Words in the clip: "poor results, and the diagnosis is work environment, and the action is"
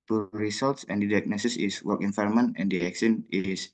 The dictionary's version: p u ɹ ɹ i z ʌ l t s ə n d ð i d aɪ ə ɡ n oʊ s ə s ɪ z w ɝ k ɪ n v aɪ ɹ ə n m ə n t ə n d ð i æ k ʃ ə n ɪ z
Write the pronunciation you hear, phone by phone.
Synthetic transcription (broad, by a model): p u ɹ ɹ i s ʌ l t s ə n d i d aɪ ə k n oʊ s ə s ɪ s w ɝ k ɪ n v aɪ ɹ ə m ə n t ə n d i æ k s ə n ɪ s